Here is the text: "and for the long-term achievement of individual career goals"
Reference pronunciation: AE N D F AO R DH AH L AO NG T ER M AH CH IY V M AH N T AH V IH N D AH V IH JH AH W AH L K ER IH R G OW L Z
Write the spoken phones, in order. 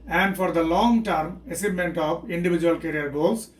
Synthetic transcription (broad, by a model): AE N D F AO R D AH L AO NG T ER M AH S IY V M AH N T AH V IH N D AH V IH JH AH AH L K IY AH R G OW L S